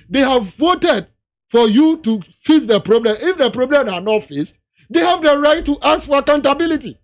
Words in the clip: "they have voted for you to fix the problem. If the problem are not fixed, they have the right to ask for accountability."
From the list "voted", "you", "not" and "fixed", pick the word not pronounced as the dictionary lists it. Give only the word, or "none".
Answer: fixed